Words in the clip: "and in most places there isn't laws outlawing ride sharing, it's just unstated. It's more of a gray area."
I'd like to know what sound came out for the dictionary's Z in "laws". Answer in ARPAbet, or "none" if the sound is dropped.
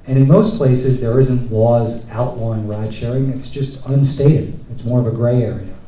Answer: Z